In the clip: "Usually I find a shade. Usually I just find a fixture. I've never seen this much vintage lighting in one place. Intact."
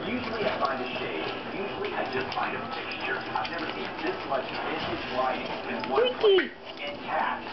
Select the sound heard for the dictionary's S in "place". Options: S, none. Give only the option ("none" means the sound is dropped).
none